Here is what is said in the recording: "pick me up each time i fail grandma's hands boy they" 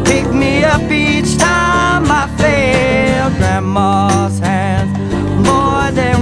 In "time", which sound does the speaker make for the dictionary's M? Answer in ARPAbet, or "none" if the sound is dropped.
M